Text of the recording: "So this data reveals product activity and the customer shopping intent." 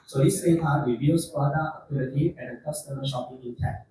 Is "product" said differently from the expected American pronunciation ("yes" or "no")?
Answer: yes